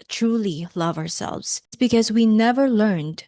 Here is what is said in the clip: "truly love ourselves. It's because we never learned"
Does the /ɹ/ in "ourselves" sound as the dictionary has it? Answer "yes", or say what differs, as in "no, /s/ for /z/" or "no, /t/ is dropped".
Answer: yes